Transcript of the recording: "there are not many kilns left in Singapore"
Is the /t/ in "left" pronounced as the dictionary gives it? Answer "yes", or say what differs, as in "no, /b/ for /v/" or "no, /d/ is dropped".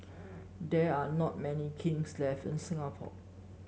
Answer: no, /t/ is dropped